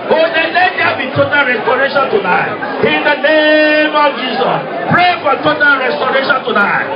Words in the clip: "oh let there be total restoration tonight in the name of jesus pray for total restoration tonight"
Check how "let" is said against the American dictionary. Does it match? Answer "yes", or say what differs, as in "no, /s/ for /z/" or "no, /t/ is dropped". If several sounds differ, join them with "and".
no, /n/ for /l/